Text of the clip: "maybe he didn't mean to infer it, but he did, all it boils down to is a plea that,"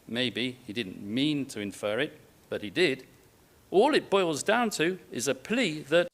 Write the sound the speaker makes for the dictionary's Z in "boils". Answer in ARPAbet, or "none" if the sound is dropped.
Z